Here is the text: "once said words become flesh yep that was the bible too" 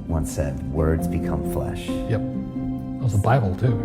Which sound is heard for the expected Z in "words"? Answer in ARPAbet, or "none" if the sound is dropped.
Z